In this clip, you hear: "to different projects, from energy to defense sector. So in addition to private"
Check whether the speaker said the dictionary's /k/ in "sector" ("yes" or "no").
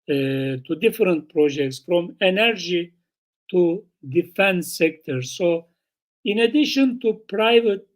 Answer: yes